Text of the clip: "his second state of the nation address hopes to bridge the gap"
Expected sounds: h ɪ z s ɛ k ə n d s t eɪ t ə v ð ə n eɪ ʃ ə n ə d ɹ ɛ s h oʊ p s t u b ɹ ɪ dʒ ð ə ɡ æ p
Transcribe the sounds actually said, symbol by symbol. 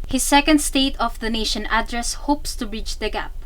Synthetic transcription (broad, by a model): h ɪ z s ɛ k ə n d s t eɪ t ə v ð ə n eɪ ʃ ə n ə d ɹ ɛ s h oʊ p s t u ɹ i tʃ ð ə ɡ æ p